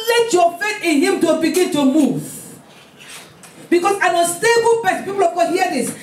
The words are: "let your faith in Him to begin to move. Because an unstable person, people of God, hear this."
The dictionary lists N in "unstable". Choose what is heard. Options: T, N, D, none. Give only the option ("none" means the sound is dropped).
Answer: none